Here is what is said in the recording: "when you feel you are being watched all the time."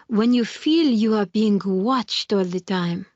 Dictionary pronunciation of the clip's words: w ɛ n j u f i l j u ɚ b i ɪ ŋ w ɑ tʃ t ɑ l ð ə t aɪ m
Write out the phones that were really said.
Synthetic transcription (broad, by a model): w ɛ n j u f i l j u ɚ b i ɪ ŋ w ɑ tʃ t ɑ l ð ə t aɪ m